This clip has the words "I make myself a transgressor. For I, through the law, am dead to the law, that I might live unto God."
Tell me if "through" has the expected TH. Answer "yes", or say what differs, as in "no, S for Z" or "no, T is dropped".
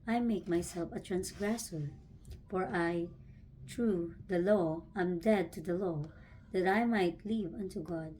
no, T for TH